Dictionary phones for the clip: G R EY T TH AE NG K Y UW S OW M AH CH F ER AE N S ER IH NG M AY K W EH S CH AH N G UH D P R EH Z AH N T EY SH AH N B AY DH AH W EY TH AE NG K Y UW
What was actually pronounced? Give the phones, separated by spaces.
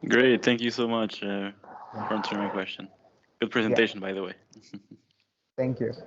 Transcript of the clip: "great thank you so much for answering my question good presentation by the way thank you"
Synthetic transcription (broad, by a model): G R EY T TH AE NG K Y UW S OW M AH CH F ER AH N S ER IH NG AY K W EH S CH AH N G UH D P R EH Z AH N T EY SH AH N B AY DH AH W EY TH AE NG K Y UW